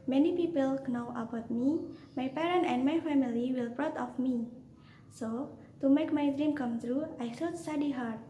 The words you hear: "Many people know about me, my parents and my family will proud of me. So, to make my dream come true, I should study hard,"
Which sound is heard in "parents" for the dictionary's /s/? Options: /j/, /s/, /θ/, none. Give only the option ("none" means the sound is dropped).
none